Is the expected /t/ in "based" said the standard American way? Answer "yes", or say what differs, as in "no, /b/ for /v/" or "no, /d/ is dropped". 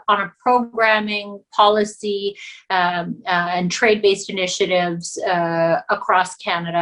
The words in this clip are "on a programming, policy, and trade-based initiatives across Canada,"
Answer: yes